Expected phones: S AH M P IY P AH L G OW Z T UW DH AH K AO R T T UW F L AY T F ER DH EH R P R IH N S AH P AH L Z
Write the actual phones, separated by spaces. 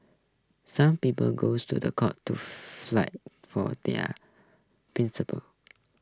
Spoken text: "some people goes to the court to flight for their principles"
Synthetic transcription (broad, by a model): S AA M P IY P AH L G OW S T UW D AH K AO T T UW F L AY T F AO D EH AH P R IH N S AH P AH L